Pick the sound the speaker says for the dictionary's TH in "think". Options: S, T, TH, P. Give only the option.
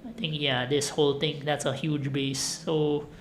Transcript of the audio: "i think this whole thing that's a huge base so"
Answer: T